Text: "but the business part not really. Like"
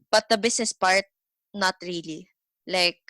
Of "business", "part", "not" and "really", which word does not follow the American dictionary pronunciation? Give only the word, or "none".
business